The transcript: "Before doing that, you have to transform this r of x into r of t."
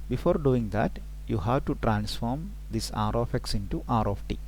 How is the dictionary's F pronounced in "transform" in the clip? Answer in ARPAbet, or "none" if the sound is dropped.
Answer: F